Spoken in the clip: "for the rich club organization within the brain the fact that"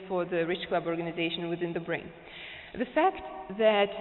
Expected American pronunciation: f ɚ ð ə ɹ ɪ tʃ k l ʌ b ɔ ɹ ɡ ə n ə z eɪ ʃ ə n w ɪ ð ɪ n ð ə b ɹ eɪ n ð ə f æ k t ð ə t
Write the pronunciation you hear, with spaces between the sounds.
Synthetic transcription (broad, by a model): f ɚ ð ə ɹ ɪ tʃ k l ʌ b ɔ ɹ ɡ ə n ə z eɪ ʃ ə n w ɪ ð ɪ n ð ə b ɹ eɪ n ð ə f æ k t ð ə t